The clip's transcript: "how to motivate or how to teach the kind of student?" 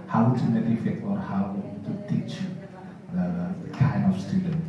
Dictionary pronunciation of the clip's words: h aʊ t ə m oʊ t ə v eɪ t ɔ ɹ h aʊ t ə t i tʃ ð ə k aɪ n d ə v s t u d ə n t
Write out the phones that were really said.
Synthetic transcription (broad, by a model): h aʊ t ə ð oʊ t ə f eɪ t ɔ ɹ h aʊ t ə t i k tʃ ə k aɪ n d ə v s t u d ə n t